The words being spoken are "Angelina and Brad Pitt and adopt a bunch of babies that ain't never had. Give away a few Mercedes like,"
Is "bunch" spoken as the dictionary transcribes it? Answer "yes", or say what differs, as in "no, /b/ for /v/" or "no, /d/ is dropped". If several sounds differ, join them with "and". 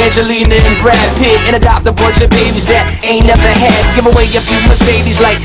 no, /n/ is dropped